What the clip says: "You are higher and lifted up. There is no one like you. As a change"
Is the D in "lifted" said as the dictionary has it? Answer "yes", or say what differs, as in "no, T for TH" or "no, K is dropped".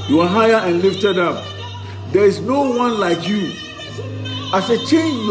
yes